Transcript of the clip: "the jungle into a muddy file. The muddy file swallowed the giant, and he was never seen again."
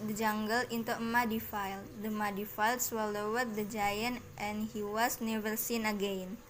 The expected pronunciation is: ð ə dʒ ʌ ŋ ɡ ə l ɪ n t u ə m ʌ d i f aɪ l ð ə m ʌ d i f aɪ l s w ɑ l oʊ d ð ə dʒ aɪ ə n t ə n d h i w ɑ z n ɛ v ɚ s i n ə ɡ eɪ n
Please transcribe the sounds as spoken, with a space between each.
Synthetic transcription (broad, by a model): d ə dʒ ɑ ŋ ɡ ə l ɪ n t u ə m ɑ d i f aɪ l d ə m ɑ d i f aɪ l s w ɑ l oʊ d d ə dʒ aɪ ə n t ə n h i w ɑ s n ɛ v ɚ s i n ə ɡ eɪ n